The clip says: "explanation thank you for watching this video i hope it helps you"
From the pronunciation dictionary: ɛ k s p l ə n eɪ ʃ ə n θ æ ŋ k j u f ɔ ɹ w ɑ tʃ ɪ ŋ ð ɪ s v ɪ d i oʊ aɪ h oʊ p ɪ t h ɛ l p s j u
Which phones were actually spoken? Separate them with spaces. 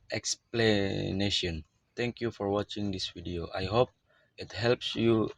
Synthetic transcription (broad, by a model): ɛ k s p l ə n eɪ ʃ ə n t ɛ ŋ k j u f ɔ ɹ w ɑ tʃ ɪ ŋ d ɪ s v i d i oʊ aɪ h oʊ p ɪ t h ɛ l p s j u